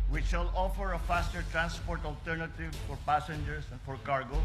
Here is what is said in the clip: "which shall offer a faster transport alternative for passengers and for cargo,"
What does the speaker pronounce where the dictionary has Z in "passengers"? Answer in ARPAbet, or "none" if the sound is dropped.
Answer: S